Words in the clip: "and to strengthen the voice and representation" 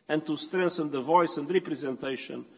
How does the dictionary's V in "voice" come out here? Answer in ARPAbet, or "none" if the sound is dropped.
V